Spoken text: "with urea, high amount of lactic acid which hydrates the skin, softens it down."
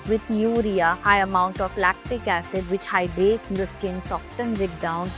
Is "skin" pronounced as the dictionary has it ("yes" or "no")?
yes